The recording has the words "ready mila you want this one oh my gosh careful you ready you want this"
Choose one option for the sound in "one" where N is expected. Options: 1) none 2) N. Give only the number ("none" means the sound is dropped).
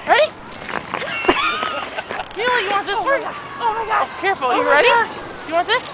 1